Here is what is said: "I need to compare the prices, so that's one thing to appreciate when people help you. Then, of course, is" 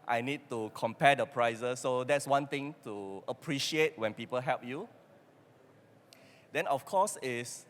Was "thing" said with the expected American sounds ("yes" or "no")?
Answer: no